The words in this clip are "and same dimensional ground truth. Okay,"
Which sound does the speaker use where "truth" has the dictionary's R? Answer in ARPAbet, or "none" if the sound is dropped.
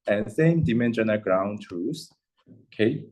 none